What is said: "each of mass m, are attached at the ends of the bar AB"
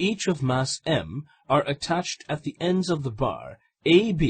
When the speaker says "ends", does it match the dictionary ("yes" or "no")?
yes